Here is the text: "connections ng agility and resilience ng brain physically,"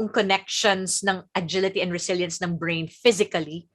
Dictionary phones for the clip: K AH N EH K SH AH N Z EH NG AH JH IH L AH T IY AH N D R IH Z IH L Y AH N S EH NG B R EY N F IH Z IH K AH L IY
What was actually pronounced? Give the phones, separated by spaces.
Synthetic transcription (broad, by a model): K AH N EH K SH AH N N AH NG AH JH IH L AH T IY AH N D R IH S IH L Y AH N S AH NG B R EY N F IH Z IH K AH L IY